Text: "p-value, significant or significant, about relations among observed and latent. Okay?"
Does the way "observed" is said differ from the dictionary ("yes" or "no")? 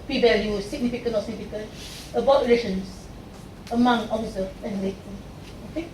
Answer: yes